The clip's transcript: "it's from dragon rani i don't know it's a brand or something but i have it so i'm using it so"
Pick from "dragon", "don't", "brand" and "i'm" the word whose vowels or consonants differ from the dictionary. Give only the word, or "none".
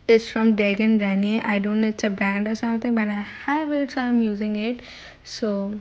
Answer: dragon